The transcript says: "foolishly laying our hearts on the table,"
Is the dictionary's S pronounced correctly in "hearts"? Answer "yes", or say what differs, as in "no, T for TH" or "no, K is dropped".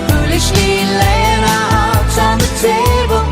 no, S is dropped